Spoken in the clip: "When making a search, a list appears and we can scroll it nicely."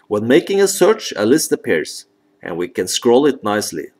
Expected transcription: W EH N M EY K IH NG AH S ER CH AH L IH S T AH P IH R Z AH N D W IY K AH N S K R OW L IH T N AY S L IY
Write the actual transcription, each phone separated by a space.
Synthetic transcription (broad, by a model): W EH N M EY K IH NG AH S ER CH AH L IH S T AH P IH R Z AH N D W IY K AH N S K R OW L IH T N AY S L IY